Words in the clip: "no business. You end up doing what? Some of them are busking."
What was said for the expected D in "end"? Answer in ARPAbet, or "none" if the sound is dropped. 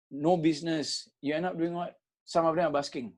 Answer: none